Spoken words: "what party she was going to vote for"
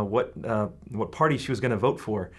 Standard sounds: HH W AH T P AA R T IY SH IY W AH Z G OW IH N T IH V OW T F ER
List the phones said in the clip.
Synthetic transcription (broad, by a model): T W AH T P AA R T IY SH IY W AH Z G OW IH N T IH V OW T F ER